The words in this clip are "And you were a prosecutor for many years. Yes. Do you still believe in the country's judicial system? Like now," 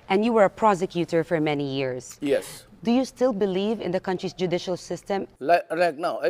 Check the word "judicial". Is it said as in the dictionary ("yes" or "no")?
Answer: yes